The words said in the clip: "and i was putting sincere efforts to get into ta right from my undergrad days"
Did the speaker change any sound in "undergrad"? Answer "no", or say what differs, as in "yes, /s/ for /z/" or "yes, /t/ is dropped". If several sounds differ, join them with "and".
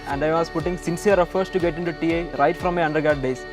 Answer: yes, /ɹ/ is dropped